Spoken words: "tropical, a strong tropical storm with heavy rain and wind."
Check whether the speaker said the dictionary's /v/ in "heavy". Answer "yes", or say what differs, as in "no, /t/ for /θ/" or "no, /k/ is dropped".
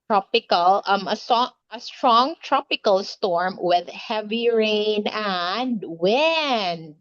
yes